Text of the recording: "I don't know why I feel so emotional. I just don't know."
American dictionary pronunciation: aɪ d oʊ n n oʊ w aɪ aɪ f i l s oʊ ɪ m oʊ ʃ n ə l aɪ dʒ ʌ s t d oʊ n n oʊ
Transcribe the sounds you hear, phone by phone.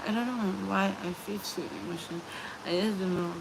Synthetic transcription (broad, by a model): aɪ d oʊ n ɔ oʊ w aɪ aɪ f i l s oʊ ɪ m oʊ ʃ ə n aɪ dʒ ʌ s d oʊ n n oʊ